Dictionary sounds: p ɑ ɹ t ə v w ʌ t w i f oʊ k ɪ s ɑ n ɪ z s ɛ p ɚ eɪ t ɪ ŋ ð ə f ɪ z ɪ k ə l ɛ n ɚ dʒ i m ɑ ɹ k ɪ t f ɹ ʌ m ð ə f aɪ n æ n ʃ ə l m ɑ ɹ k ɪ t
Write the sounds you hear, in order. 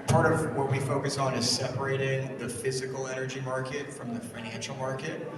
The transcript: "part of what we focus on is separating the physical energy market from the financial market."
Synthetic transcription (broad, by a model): p ɑ ɹ t ə v w ʌ t w i f oʊ k ɪ s n ɪ z s ɛ p ɚ eɪ t ɪ ŋ ð ə f ɪ z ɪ k l ɛ n ɚ dʒ i m ɑ ɹ k ɪ t f ɹ ʌ m ð ə f aɪ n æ n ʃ l m ɑ ɹ k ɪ t